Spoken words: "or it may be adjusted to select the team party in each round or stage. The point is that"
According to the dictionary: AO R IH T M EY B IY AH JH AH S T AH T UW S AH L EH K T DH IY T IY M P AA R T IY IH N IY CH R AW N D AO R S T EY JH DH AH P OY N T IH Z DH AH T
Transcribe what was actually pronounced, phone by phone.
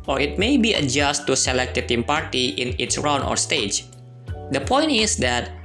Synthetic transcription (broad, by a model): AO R IH T M EY B IY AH JH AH S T T UW S AH L EH K T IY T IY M P AA R T IY IH N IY S R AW N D AO R S T EY JH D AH P OY N T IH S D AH T